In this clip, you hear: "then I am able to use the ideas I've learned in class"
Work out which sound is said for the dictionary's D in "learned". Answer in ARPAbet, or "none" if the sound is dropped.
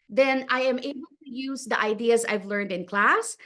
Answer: D